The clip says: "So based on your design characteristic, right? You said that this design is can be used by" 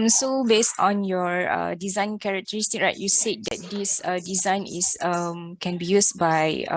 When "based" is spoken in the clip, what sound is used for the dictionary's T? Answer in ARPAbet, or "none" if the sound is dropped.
T